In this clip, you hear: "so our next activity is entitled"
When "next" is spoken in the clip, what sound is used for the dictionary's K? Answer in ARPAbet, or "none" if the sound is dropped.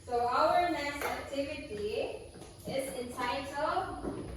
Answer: none